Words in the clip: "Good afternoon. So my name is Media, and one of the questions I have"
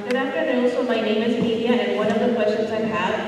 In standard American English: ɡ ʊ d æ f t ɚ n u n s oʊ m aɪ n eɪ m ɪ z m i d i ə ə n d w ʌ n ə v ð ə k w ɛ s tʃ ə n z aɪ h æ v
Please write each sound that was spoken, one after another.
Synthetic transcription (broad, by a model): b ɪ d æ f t ɚ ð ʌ l s oʊ m aɪ n eɪ m ɪ z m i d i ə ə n w ʌ n ə v ð ə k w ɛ tʃ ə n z aɪ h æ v